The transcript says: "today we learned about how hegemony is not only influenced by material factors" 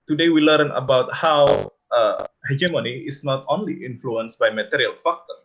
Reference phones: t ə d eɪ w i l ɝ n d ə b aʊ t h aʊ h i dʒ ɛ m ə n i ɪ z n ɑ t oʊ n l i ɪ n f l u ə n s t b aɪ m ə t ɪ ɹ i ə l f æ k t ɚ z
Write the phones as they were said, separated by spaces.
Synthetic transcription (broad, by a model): t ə d eɪ w i l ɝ n ə b aʊ t h aʊ h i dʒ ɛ m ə n i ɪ s n ɑ t oʊ n l i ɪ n f l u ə n s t b aɪ m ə t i ɹ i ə l f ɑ k t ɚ